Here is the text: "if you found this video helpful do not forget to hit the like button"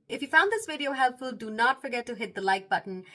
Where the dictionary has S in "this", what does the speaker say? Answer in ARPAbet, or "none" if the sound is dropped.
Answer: S